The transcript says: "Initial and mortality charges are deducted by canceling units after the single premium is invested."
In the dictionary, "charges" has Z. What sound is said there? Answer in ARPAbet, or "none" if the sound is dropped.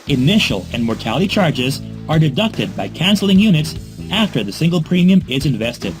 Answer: Z